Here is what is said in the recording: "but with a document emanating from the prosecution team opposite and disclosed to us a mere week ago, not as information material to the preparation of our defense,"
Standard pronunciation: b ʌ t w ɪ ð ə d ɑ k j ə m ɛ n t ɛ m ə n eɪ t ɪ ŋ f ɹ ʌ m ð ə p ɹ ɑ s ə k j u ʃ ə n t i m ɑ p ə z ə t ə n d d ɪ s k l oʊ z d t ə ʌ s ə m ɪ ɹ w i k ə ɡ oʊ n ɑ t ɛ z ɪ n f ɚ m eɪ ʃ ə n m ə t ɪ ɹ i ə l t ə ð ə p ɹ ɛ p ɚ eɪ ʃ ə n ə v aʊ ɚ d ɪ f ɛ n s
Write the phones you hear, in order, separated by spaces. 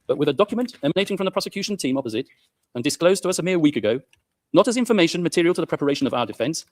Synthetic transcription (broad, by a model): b ʌ t w ɪ ð ə d ɑ k j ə m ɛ n t ɛ m ə n eɪ t ɪ ŋ f ɹ ʌ m ð ə p ɹ ɑ s ə k j u ʃ ə n t i m ɑ p ə z ə t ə n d d ɪ s k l oʊ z t ə ʌ s ə m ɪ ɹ w i k ə ɡ oʊ n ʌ t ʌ z ɪ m f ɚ m eɪ ʃ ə n m ə t ɪ ɹ i ə l t ə ð ə p ɹ ɛ p ɚ eɪ ʃ ə n ə v aʊ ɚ d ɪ f ɛ n s